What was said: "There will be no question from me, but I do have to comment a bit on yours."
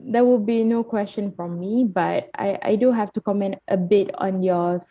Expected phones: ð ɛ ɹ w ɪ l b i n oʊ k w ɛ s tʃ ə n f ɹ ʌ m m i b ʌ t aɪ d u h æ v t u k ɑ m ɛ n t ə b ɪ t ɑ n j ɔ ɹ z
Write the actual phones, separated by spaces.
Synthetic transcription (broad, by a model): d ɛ w ɪ l b i n oʊ k w ɛ s tʃ ə n f ɹ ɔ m m i b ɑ t aɪ d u h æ f t u k ɑ m ɛ n t ə b ɪ t ɑ n j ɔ